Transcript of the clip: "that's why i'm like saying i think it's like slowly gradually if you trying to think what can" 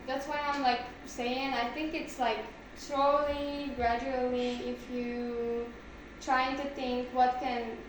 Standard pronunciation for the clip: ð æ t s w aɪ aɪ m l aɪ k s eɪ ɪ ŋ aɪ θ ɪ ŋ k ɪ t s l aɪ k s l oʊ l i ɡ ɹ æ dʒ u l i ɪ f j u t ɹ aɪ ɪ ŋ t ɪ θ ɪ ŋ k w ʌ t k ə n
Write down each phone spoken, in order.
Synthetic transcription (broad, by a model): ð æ t s w aɪ aɪ m l aɪ k s eɪ ɪ ŋ aɪ θ ɪ ŋ k ɪ t s l aɪ k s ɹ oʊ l i ɡ ɹ æ dʒ u l i ɪ f j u t ɹ aɪ ɪ ŋ t ɪ θ ɪ ŋ k w ʌ t k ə n